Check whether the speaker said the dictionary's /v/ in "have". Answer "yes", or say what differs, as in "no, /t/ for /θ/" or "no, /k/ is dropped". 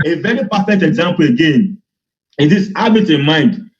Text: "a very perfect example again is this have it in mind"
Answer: no, /b/ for /v/